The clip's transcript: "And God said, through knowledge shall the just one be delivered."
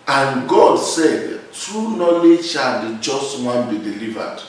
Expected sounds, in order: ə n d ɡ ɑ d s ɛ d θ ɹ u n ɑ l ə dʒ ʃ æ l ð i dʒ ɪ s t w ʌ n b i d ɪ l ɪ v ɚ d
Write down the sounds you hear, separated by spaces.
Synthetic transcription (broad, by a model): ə n ɡ ɑ d s ɛ d t ɹ u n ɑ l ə ʃ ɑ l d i dʒ ɪ s t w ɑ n b i d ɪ l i v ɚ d